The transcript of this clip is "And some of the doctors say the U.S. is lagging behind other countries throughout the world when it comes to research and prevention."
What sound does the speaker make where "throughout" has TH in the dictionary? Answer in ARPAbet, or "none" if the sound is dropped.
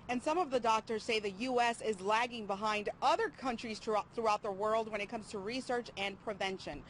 TH